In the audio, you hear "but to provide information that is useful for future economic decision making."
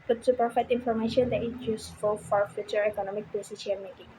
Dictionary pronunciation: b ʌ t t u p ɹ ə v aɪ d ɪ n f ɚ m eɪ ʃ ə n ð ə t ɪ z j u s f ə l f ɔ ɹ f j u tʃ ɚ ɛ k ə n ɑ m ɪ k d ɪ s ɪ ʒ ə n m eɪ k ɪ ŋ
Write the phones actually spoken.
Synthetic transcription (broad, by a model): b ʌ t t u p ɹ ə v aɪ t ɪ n f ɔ m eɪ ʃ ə n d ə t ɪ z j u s f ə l f ɔ ɹ f j u tʃ ɚ ɛ k ə n ɑ m ɪ k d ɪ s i ʃ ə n m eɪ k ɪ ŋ